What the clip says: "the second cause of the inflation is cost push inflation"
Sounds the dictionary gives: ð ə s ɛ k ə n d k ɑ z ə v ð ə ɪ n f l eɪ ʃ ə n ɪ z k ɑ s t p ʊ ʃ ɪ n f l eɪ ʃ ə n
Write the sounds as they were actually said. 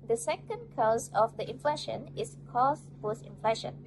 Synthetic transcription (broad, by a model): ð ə s ɛ k ə n d k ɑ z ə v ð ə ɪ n f l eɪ ʃ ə n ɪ s k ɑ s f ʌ s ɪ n f l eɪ ʃ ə n